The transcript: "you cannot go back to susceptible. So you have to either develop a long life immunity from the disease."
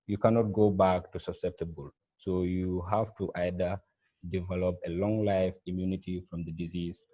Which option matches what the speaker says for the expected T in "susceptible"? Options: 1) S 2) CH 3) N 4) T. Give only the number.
4